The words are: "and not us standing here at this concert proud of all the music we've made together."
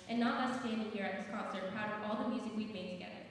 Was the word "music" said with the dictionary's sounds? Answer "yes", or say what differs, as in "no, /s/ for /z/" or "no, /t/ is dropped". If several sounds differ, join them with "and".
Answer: yes